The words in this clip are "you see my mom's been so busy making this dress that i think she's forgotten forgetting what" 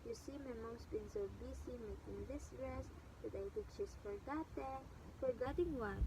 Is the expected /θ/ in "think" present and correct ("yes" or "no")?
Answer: no